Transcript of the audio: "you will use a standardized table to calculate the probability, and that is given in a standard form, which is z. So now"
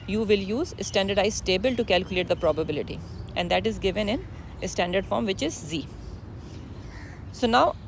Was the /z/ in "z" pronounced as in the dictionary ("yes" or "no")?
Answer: yes